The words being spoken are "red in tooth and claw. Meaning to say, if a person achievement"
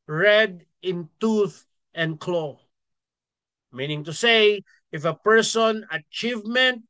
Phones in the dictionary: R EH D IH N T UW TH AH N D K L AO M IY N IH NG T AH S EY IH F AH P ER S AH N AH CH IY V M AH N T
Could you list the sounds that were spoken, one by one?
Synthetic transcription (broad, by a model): R EH D IH N T UW TH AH N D K L AO M IY N IH NG T AH S EY IH F AH P ER S AH N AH CH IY V M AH N T